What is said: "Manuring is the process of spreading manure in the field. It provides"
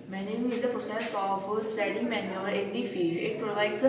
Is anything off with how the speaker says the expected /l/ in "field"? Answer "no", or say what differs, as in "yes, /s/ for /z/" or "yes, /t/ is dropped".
yes, /l/ is dropped